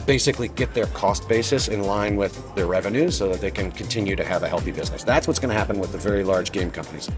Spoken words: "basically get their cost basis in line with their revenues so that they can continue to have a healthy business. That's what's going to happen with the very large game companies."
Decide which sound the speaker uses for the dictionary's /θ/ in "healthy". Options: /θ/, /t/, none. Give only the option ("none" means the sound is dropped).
/θ/